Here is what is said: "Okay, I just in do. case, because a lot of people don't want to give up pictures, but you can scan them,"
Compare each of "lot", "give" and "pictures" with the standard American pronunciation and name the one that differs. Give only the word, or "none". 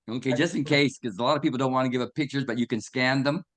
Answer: none